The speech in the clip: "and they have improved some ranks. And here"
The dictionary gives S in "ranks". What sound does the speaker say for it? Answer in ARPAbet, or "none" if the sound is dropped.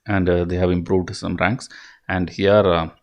S